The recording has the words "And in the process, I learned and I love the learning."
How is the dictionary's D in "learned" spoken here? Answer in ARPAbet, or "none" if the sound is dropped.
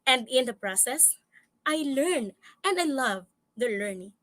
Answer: none